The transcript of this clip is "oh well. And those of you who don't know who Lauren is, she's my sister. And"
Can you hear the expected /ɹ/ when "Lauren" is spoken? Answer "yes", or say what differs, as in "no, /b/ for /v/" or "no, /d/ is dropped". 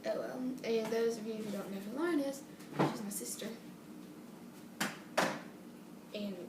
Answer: no, /ɹ/ is dropped